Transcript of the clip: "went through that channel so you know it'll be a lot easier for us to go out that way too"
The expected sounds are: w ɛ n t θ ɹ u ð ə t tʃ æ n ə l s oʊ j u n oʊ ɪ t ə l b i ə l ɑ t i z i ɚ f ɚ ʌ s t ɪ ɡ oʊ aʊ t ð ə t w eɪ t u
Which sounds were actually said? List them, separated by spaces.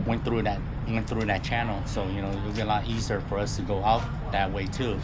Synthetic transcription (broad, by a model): w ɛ n t θ ɹ u ð ə t tʃ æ n l s oʊ j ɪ n oʊ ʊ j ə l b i ə l ɑ t i z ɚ f ɚ ʌ s t ɪ ɡ oʊ aʊ t ð ə t w eɪ t u